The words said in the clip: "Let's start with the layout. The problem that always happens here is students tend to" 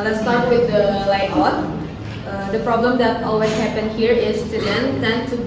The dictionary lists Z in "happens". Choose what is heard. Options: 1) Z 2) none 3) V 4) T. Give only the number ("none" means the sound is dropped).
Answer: 2